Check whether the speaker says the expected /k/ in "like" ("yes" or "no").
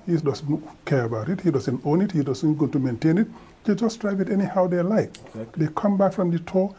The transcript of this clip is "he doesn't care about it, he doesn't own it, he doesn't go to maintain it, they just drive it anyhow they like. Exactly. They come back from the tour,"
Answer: no